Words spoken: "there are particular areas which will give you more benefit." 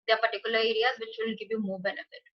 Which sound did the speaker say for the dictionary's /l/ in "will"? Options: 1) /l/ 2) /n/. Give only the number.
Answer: 2